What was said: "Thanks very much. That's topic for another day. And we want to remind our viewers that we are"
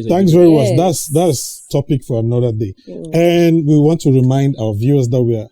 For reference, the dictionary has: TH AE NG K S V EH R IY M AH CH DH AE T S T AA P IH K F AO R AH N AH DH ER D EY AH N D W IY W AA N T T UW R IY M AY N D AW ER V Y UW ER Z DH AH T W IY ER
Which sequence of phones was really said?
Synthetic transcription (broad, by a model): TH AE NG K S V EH R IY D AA S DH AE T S T AA P IH K F AO R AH N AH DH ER D EY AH N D W IY W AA N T T UW R IY M AY N D AW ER V Y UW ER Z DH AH T W IY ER